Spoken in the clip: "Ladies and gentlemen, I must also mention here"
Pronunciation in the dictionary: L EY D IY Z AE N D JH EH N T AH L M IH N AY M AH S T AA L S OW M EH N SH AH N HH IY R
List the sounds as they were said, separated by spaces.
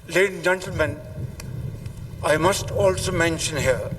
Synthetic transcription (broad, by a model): L EY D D JH EH N T AH L M IH N AY M AH S T AA L S OW M EH N SH AH N HH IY R